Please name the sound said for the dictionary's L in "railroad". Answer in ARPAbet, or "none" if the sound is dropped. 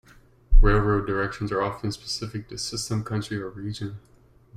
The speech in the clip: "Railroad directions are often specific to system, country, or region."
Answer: L